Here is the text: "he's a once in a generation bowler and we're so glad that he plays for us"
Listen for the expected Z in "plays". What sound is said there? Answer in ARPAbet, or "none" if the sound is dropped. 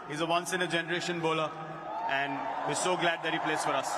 S